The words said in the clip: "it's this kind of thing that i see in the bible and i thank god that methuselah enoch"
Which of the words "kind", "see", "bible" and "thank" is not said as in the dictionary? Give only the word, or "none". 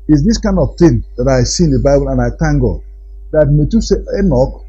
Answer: thank